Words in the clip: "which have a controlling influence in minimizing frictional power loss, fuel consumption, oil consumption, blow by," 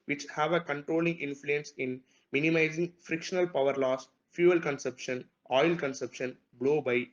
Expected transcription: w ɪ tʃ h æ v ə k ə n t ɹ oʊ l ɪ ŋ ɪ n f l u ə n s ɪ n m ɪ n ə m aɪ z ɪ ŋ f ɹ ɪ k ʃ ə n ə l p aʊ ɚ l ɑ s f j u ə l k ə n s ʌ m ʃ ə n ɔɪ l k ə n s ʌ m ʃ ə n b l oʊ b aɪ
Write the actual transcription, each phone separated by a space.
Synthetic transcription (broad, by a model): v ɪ tʃ h æ v ə k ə n t ɹ oʊ l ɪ ŋ ɪ n f l u ə n s ɪ n m ɪ n ə m aɪ z ɪ ŋ f ɹ ɪ k ʃ ə n ə l p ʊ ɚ l ɑ s f j u ə l k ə n s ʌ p ʃ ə n ɔɪ l k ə n s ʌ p ʃ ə n b l oʊ b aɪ